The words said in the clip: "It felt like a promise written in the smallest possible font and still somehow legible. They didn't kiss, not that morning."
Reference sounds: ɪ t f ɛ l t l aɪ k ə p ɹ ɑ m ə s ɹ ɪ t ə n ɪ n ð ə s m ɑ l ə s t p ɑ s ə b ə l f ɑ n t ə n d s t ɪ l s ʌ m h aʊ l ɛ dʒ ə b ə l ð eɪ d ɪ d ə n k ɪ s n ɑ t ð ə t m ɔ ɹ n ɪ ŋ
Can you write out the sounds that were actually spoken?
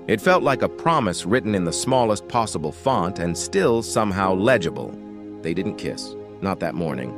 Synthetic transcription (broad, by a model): ɪ t f ɛ l t l aɪ k ə p ɹ ɑ m ə s ɹ ɪ t n ɪ n ð ə s m ɑ l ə s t p ɑ s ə b l f ɑ n t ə n s t ɪ l s ʌ m h aʊ l ɛ dʒ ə b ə l ð eɪ d ɪ d n k ɪ s n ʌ t ð ə t m ɔ ɹ n ɪ ŋ